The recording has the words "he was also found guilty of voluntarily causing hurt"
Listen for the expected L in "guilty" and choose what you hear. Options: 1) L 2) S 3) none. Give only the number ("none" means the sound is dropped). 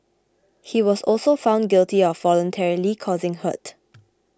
1